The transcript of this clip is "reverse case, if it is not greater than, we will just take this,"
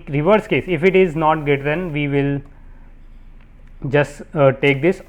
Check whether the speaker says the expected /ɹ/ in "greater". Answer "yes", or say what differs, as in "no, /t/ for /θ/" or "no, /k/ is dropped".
no, /ɹ/ is dropped